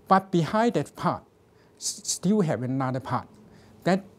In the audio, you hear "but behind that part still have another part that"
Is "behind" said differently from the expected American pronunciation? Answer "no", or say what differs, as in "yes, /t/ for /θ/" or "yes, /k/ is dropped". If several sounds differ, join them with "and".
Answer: yes, /n/ is dropped